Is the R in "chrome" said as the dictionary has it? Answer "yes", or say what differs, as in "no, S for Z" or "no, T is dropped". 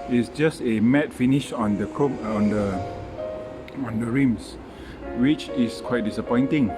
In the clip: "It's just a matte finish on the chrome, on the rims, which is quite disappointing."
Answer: no, R is dropped